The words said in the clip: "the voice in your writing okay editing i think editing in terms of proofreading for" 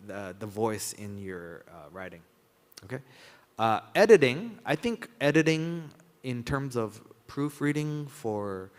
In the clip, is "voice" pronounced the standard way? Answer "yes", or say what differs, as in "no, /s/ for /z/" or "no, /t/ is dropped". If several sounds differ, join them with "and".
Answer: yes